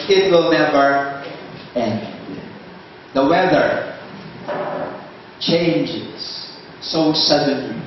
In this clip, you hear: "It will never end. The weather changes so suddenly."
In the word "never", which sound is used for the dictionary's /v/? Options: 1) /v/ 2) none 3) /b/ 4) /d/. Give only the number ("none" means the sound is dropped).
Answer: 3